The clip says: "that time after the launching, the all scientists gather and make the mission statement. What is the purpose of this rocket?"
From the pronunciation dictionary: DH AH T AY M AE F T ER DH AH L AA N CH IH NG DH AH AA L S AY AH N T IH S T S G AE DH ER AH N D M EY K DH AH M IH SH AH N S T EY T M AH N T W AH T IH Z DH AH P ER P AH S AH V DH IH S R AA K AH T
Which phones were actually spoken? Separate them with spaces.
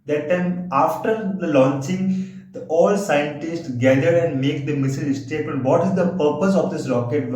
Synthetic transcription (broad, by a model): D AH T AY M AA F T ER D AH L AA N CH IH NG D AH AA L S AY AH N T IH S T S G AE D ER AH N D M EY K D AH M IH S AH L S T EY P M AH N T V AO T IH Z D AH P ER P AH S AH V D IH S R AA K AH T